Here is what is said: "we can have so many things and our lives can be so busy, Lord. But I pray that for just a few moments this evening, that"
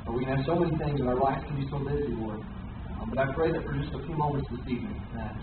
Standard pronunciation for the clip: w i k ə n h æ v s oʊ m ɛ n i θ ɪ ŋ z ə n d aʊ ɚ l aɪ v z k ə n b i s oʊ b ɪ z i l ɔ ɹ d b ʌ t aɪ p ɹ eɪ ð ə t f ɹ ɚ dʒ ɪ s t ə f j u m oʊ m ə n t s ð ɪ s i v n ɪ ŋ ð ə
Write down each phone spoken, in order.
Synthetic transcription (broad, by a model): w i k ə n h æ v s oʊ m ɛ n i θ ɪ ŋ z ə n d aʊ ɚ l aɪ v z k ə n b i s oʊ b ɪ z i w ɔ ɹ b ʌ t aɪ p ɹ eɪ ð ə t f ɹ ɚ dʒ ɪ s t ə f j u m oʊ m ə n t s ð ɪ s i v n ɪ ŋ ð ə